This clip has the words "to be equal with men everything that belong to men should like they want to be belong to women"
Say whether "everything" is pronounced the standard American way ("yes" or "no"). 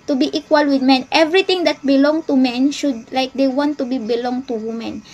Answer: no